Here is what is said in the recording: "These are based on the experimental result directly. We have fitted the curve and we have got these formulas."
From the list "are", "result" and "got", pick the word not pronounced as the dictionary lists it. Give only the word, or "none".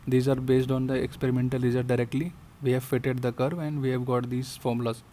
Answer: result